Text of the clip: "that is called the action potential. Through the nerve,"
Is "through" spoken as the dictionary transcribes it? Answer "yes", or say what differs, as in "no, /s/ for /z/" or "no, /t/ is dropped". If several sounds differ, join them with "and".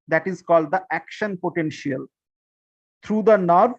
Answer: no, /t/ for /θ/